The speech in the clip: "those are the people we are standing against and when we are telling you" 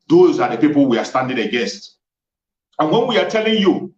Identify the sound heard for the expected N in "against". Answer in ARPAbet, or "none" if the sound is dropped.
none